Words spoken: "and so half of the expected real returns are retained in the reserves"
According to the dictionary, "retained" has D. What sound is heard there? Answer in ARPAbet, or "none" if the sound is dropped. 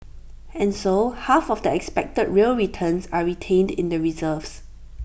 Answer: D